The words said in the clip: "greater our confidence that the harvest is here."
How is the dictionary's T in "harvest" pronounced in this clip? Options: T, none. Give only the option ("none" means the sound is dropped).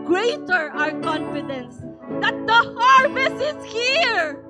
none